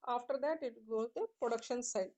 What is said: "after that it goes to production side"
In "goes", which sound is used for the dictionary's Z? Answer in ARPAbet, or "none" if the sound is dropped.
none